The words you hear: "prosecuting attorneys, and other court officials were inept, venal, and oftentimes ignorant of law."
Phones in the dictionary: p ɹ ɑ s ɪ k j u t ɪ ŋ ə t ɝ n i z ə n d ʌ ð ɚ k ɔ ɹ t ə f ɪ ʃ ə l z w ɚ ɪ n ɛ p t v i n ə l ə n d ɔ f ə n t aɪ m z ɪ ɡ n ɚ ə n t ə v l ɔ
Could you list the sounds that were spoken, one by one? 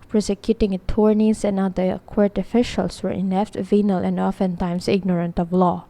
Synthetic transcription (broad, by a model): p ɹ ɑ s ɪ k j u t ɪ ŋ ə t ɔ n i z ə n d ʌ ɚ k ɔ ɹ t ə f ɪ ʃ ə l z w ɚ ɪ n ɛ f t v i n ə l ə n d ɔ f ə n t aɪ m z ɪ ɡ n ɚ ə n t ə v l ɔ